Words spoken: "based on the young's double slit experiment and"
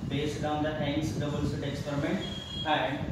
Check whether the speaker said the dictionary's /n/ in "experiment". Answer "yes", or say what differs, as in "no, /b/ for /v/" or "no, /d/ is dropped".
yes